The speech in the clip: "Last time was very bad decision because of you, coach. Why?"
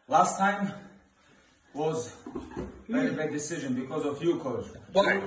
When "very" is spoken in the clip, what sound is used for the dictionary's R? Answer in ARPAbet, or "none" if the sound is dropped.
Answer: none